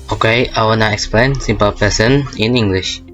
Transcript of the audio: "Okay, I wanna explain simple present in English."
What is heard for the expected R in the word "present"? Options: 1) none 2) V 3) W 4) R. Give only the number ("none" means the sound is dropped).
1